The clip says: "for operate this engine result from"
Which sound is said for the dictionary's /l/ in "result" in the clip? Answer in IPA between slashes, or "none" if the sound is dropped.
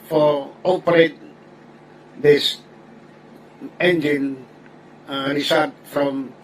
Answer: none